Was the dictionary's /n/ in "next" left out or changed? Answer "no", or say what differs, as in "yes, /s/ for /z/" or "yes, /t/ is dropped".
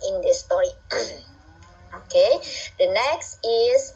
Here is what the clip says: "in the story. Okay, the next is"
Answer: no